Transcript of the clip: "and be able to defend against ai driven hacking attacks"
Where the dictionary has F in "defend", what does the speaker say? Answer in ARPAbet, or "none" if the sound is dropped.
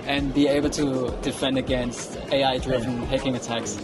F